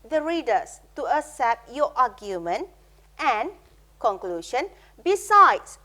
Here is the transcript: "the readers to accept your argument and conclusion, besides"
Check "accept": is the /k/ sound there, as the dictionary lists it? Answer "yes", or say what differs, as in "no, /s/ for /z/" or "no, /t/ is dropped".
no, /k/ is dropped